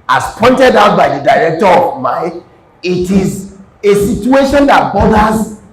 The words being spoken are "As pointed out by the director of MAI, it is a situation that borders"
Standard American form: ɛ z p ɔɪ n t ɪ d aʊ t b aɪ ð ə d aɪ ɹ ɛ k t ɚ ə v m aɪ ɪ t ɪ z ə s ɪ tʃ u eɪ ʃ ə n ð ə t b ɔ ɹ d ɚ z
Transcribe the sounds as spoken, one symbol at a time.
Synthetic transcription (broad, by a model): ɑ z p ɔɪ n t ɪ d aʊ t b aɪ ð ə d aɪ ɹ ɛ k t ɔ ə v m aɪ ɪ t ɪ z ə s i tʃ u eɪ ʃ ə n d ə t b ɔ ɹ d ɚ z